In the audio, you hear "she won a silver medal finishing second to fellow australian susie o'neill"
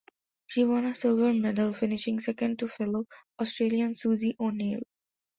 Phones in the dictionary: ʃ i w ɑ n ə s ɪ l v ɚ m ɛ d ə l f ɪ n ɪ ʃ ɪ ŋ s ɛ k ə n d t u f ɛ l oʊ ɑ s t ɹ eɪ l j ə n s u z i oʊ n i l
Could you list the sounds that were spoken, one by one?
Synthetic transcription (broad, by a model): ʃ i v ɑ n ə s ɪ l v ɚ m ɛ d ə l f ɪ n ɪ ʃ ɪ ŋ s ɛ k ə n d t u f ɛ l oʊ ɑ s t ɹ eɪ l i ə n s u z i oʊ n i l